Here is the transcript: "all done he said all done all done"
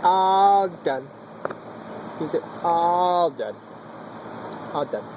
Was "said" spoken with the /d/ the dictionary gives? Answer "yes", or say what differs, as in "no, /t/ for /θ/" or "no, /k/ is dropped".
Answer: no, /d/ is dropped